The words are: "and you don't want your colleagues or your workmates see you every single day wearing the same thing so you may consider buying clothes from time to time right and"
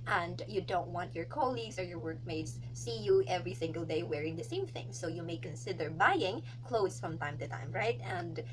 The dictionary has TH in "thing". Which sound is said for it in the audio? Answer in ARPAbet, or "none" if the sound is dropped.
TH